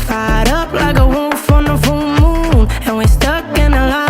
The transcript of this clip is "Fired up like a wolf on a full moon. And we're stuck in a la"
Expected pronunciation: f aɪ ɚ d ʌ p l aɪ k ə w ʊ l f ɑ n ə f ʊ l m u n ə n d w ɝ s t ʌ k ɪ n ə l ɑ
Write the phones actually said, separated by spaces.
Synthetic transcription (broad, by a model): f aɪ d ʌ p l aɪ k ə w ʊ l f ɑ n ə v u n m u n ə n w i s t ʌ k ɪ n ə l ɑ